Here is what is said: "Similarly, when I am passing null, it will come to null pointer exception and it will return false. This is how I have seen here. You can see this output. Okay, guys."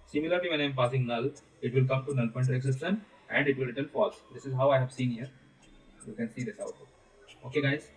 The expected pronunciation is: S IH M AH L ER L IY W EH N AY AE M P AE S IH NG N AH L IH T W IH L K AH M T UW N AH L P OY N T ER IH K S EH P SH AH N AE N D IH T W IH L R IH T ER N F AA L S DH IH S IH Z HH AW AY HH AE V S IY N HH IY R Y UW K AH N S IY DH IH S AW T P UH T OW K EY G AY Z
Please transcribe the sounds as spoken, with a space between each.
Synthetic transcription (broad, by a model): S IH M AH L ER L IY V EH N AY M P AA S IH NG N AH L IH T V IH L K AH M T UW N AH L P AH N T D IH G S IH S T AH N AE N D IH T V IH L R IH T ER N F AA L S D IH S IH Z HH AW AY HH AE V S IY N HH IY R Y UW K AH N S IY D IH S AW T B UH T OW K EY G AY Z